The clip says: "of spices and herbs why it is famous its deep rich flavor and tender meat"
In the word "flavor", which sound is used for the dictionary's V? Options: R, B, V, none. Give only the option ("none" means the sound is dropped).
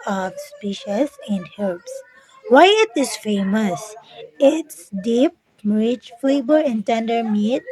B